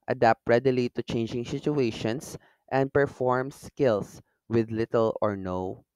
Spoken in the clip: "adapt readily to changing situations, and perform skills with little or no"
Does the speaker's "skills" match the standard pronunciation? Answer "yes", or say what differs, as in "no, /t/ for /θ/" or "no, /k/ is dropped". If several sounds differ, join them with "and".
no, /s/ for /z/